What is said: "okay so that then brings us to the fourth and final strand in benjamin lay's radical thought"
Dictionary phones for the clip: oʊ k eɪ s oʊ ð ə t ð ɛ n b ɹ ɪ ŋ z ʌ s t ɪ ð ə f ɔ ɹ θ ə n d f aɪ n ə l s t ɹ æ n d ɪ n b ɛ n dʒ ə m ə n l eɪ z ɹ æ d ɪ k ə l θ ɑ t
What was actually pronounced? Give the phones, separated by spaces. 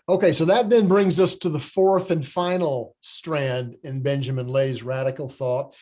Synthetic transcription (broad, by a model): oʊ k eɪ s oʊ ð ə t ð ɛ n b ɹ ɪ ŋ z ʌ s t ɪ ð ə f ɔ ɹ θ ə n f aɪ n l s t ɹ æ n d ɪ n b ɛ n dʒ ə m ə n l eɪ z ɹ æ d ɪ k l θ ɑ t